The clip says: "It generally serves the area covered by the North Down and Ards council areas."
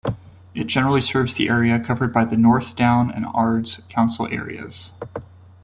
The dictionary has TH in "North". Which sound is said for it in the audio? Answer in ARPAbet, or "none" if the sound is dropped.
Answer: TH